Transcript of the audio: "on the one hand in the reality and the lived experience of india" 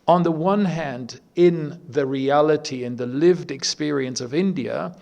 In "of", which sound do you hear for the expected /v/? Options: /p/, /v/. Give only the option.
/v/